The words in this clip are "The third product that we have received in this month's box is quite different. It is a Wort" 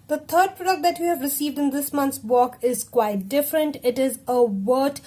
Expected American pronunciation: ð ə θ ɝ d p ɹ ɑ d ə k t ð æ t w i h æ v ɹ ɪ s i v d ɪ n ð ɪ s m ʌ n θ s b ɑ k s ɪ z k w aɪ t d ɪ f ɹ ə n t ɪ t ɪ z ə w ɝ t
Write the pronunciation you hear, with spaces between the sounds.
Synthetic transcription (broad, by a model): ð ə t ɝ d p ɹ ɑ d ə k t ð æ t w i h æ v ɹ ɪ s i v d ɪ n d ɪ s m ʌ n t s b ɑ k ɪ z k w aɪ t d ɪ f ɹ ə n t ɪ t ɪ z ə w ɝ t